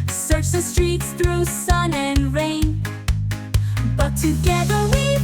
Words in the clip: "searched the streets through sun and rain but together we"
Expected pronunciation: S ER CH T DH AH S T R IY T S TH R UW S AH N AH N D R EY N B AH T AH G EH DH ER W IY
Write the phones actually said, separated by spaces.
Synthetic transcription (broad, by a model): S ER CH DH AH S T R IY T S TH R UW S AH N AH N R EY N B AH T AH G EH DH ER W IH